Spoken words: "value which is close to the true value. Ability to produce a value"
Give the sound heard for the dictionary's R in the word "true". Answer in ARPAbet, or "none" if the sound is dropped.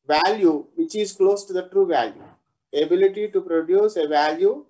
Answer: R